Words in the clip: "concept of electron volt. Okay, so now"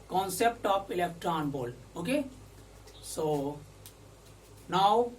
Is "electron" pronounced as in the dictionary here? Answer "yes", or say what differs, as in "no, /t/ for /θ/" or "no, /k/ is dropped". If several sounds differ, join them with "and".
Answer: yes